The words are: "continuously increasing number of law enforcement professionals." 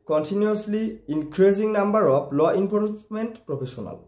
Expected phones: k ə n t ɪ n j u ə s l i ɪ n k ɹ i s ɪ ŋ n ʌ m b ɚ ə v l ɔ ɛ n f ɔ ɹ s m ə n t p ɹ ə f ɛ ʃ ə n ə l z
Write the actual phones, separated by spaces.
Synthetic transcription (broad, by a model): k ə n t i n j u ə s l i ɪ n k ɹ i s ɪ ŋ n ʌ m b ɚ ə p l ɔ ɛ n p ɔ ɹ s m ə n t p ɹ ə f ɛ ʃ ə n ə l